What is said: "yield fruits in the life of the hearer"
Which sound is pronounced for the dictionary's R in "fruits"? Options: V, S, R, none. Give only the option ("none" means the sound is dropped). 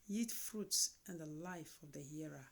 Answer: R